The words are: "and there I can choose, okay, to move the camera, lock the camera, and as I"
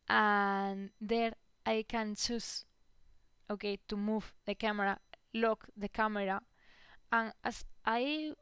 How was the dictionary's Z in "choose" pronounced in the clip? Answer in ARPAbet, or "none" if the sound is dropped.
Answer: S